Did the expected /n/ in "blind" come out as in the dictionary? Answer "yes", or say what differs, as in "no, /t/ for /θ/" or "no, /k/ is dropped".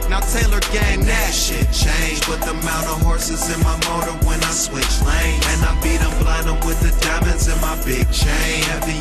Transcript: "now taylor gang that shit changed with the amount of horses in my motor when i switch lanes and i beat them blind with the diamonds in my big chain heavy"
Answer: no, /n/ is dropped